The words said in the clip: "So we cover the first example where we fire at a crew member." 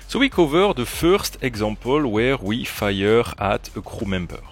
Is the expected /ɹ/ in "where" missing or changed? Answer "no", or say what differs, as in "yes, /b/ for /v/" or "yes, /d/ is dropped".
no